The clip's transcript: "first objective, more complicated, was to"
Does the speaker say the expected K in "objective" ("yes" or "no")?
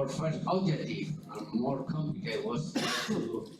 no